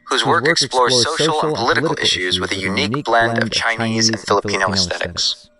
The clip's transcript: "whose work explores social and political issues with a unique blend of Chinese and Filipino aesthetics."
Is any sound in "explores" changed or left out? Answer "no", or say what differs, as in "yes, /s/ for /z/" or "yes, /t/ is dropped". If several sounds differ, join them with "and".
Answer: no